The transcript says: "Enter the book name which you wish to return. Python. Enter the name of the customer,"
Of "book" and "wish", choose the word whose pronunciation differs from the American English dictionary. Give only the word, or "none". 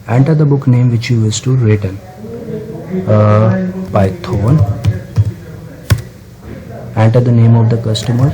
wish